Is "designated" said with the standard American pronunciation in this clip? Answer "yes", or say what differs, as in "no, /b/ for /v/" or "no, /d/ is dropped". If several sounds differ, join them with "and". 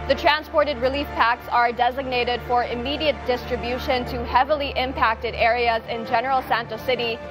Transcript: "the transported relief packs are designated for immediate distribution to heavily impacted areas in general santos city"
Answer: yes